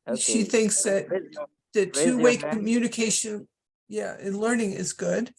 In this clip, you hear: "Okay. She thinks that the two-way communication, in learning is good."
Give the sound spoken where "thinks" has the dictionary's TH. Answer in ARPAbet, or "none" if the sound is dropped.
TH